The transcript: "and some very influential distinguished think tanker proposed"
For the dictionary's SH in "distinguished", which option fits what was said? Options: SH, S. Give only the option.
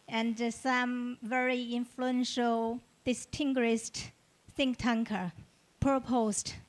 S